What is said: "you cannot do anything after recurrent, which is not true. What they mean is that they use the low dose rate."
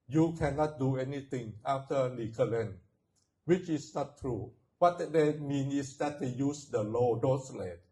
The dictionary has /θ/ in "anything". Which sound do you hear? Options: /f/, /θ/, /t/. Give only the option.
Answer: /t/